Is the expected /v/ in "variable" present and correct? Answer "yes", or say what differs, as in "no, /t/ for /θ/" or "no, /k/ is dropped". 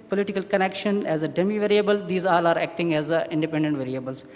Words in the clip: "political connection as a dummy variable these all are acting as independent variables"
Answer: yes